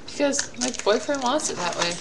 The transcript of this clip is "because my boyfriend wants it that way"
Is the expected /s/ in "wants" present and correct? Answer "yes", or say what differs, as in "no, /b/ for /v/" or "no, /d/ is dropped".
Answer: no, /s/ is dropped